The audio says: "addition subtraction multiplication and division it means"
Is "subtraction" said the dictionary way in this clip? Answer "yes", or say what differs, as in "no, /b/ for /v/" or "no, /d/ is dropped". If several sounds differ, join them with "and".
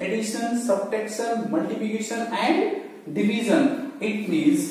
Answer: no, /ɹ/ is dropped